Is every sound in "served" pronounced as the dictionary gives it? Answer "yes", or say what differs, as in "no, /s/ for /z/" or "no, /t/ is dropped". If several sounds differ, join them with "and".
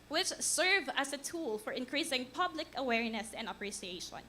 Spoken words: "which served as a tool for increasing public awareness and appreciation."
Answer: no, /d/ is dropped